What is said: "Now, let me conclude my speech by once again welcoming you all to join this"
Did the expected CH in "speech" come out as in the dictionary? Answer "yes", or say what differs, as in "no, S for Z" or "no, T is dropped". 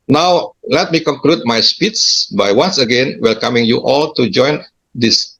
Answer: no, S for CH